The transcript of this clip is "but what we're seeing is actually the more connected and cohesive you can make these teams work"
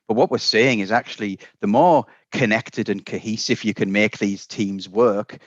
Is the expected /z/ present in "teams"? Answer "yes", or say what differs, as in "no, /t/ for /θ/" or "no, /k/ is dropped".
yes